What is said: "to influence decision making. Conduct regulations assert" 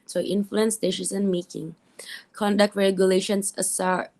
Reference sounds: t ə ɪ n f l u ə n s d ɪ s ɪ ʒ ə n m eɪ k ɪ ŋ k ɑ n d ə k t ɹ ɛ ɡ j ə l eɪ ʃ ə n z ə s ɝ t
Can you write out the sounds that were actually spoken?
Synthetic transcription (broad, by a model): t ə ɪ n f l u ə n s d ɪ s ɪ s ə n m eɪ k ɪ ŋ k ɑ n d ə k t ɹ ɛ ɡ j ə l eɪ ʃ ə n s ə s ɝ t